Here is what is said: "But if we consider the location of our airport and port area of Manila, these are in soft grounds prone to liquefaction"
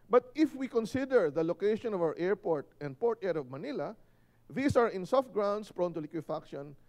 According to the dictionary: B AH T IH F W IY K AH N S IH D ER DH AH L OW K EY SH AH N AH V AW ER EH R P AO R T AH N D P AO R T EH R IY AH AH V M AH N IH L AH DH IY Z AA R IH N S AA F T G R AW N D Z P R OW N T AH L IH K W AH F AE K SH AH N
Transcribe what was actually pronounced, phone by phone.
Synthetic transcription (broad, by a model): B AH T IH F W IY K AH N S IH D ER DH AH L OW K EY SH AH N AH V AW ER EH R P AO R T AH N D P AO R T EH R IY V M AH N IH L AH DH IY S AA R IH N S AA F T G R AW N D S P R OW N T AH L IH K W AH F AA K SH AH N